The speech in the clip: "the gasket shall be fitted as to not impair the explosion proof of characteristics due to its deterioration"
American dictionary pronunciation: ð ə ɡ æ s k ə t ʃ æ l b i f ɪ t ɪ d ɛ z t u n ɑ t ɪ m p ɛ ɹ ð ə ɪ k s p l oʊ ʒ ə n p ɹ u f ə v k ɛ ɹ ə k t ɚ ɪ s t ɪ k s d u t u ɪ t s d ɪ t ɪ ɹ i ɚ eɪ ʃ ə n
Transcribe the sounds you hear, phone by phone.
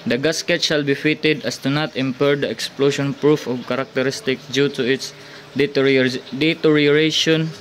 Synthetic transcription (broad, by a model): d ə ɡ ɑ s k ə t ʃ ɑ l b i f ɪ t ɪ d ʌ s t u n ɑ t ɪ m p ɛ ɹ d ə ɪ k s p l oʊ ʃ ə n p ɹ u f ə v k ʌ ɹ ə k t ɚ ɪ s t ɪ k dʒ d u t u ɪ t s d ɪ t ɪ ɹ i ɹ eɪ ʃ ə n